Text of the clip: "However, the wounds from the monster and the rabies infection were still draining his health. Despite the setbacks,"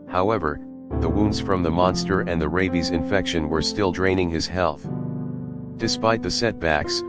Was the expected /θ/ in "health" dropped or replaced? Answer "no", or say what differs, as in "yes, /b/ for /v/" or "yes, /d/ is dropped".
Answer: no